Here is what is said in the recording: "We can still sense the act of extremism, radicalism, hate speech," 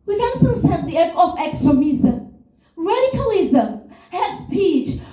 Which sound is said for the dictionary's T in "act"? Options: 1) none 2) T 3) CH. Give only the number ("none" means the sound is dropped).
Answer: 1